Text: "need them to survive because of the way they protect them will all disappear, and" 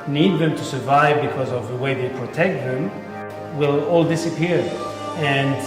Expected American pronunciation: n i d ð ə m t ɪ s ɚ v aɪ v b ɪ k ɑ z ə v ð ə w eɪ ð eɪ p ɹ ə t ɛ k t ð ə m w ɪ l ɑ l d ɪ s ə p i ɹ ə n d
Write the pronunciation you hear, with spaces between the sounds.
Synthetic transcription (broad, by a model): n i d ð ə m t ɪ s ɚ v aɪ v b ɪ k ɑ z ə v ð ə w eɪ ð eɪ p ɹ ə t ɛ k t ð ə m w ɪ l ɑ l d ɪ s ə p i ɹ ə n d